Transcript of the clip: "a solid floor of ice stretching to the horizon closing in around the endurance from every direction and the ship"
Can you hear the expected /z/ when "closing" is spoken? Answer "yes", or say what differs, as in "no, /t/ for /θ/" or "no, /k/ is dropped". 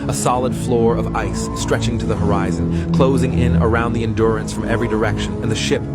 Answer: yes